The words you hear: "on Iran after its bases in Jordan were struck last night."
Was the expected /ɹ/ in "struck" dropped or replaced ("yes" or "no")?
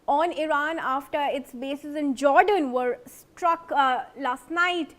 no